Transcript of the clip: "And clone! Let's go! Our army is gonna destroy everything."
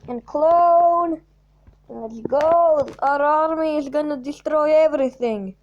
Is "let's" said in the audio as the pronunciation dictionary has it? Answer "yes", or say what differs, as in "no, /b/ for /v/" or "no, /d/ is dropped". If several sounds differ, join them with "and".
no, /n/ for /l/ and /s/ is dropped